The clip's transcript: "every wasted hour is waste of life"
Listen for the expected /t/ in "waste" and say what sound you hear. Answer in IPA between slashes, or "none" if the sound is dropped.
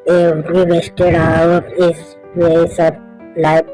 none